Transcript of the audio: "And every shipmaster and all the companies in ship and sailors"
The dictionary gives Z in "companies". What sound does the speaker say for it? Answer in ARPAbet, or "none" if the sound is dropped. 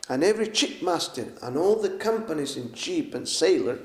Z